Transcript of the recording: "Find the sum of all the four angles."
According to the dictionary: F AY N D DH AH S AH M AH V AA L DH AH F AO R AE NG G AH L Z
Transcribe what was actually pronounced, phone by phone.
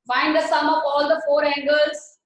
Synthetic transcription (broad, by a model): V AY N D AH S AH M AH P AA L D AH F AO R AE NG G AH L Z